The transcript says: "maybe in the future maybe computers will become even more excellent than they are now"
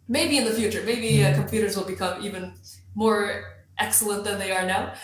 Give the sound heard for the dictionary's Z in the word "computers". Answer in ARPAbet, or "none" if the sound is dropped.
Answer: Z